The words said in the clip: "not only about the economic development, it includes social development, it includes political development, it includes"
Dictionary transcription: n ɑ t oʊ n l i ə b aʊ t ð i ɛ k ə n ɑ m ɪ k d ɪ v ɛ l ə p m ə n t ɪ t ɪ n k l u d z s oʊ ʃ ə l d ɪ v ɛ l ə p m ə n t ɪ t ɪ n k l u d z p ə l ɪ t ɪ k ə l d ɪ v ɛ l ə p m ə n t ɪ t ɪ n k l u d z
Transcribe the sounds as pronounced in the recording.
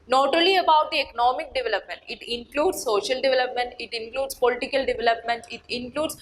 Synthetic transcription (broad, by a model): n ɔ t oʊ l i ə b aʊ t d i ɛ k ə n ɑ m ɪ k d ɪ v ɛ l ə p m ə n t ɪ t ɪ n k l u d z s oʊ ʃ ə l d ɪ v ɛ l ə p m ə n t ɪ t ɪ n k l u d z p ə l ɪ t ɪ k ə l d ɪ v ɛ l ə p m ə n t ɪ t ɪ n k l u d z